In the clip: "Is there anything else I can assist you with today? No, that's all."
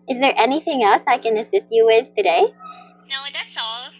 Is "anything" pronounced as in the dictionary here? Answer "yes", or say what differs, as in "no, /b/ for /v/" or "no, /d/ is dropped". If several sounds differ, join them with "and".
yes